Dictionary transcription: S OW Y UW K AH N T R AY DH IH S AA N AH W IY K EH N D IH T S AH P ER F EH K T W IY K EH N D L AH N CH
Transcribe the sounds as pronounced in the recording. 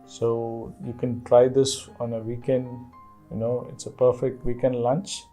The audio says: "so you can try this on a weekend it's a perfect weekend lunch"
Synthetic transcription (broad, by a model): S OW Y UW K AH N T R AY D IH S AA N AH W IY K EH N D IH T S AH P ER F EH K T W IY K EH N D L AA N CH